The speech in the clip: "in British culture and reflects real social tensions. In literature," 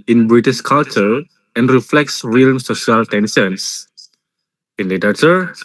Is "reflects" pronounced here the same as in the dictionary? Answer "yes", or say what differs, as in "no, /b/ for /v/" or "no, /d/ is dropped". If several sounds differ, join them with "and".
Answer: yes